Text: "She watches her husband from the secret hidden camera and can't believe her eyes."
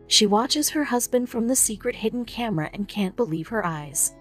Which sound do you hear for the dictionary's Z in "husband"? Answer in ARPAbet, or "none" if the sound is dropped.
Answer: Z